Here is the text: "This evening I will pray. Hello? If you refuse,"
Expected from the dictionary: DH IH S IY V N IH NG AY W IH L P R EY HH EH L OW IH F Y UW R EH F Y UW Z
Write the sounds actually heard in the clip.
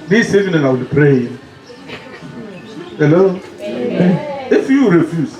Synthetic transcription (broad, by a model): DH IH S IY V N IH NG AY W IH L P R EY HH EH L OW IH F Y UW R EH F Y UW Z